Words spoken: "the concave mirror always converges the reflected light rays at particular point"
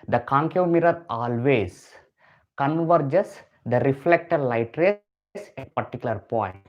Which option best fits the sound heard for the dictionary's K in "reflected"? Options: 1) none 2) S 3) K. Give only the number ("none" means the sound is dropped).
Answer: 3